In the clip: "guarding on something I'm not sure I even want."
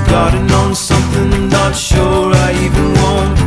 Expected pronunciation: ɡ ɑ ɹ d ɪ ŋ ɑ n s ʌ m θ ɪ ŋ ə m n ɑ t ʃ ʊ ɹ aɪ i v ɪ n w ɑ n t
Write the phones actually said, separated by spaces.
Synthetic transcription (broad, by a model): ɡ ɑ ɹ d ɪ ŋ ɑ n s ʌ m θ ɪ ŋ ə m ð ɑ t ʃ ʊ ɹ aɪ i v ɪ n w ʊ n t